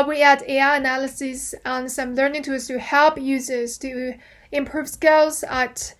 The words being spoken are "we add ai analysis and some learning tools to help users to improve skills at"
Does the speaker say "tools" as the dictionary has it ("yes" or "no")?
no